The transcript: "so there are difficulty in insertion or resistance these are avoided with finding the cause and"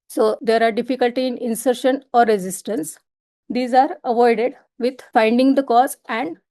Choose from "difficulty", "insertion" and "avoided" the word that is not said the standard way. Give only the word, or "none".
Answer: none